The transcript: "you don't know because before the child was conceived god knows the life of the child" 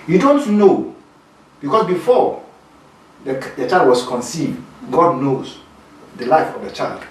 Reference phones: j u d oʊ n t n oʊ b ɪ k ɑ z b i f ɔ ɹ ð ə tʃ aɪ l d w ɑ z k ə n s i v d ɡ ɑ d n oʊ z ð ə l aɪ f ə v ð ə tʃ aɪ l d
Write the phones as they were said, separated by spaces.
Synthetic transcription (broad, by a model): j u d oʊ n t n oʊ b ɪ k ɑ s b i f ɔ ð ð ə tʃ aɪ l d w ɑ s k ə n s i v d ɡ ɑ d n oʊ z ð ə l aɪ f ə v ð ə tʃ aɪ l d